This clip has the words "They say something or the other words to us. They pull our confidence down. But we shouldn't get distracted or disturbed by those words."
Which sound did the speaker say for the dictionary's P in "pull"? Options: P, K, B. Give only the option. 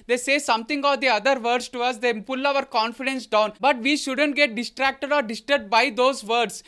P